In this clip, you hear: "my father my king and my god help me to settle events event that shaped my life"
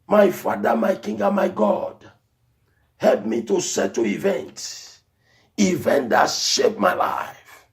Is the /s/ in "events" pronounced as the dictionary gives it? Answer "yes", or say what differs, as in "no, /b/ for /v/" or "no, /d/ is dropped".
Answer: no, /s/ is dropped